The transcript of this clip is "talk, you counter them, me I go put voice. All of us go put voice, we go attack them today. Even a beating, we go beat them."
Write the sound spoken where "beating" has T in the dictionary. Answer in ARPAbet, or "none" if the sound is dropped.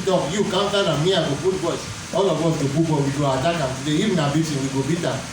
S